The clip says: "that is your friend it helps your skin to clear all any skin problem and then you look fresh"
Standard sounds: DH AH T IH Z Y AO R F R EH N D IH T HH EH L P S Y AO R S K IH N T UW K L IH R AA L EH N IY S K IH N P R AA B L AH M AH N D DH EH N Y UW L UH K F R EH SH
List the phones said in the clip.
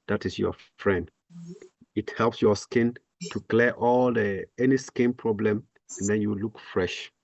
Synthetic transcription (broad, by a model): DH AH T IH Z Y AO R F R EH N D IH T HH EH L P S Y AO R S K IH N T UW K L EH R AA L EH N IY S K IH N P R AA B L AH M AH N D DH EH N Y UW L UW K F R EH SH